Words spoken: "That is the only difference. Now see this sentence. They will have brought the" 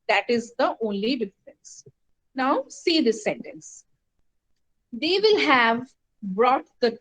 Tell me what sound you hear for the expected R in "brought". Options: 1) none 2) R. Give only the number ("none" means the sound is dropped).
2